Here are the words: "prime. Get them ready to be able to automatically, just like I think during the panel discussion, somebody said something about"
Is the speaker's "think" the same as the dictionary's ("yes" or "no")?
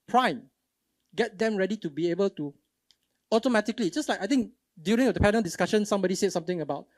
no